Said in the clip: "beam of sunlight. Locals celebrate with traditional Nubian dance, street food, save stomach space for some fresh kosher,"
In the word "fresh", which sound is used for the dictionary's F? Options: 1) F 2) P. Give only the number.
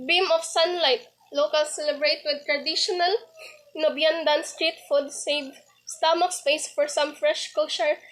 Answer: 1